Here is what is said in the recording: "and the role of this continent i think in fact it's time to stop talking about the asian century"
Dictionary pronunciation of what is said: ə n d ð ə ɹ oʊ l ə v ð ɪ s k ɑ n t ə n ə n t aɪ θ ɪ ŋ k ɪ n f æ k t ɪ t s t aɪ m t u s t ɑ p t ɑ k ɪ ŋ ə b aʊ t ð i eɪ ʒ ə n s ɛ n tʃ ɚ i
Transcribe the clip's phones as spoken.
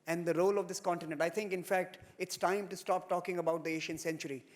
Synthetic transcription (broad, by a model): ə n d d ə ɹ oʊ l ə v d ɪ s k ɑ n t ə n ə n t aɪ t ɪ ŋ k ɪ n f æ k t ɪ t s t aɪ m t u s t ɑ p t ɑ k ɪ ŋ ə b aʊ t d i eɪ ʃ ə n s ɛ n tʃ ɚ i